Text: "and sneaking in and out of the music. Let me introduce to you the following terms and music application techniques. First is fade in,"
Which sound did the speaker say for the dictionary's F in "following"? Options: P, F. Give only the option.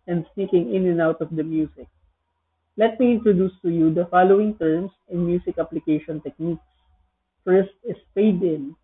F